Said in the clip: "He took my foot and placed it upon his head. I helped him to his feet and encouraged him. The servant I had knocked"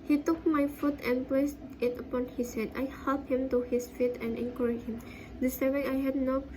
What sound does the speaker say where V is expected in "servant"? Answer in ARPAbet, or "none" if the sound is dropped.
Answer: none